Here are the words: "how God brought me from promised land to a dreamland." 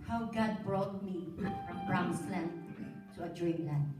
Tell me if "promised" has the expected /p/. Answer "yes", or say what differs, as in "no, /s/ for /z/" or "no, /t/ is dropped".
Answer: no, /b/ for /p/